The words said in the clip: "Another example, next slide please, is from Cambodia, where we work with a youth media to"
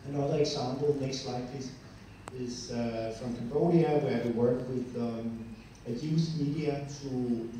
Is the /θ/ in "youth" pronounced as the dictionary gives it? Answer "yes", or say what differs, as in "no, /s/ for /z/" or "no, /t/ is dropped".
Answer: no, /s/ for /θ/